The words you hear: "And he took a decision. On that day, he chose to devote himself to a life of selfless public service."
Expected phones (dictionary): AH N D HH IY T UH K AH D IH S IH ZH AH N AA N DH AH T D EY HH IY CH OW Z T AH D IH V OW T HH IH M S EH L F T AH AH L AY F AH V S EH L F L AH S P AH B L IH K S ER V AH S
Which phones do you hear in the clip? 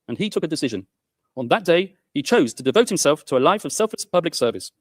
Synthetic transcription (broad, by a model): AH N IY T UH K AH D IH S IH ZH AH N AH N DH AH T D EY IY CH OW Z T AH D IH V OW T HH IH M S EH L F T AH AH L AY F AH V S EH L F L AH S P AH B L IH K S ER V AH S